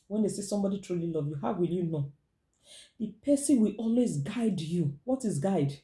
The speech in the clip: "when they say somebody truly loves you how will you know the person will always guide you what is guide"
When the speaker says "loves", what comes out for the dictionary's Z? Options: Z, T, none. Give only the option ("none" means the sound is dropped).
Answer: none